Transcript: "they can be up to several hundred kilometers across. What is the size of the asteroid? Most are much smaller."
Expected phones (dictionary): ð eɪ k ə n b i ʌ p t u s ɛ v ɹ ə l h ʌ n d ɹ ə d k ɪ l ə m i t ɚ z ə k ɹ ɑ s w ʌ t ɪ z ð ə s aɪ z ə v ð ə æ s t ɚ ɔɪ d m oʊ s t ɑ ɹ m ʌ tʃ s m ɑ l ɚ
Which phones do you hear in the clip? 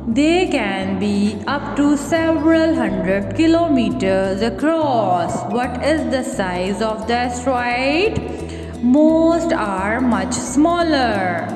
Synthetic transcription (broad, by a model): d eɪ k ə n b i ʌ p t u s ɛ v ɹ ə l h ʌ n d ɹ ə d k ɪ l ə m i t ɚ z ə k ɹ ɑ s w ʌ t ɪ z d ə s aɪ z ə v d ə s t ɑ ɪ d m oʊ s t ɑ ɹ m ʌ tʃ s m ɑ l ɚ